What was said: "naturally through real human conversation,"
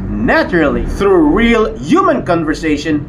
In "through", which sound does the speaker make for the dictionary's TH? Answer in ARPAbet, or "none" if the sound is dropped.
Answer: TH